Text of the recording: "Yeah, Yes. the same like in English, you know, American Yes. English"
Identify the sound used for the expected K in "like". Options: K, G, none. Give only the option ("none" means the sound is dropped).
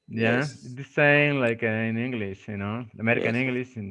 K